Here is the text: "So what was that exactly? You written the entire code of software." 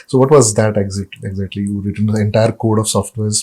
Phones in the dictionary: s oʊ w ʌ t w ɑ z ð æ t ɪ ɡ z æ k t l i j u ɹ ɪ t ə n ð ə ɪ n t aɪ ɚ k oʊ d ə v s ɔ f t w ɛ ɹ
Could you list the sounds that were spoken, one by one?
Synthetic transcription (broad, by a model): s oʊ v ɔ t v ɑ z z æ t ɪ ɡ z æ k t l i j u ɹ ɪ t ə n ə ɪ n t aɪ ɚ k oʊ d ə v s ɔ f t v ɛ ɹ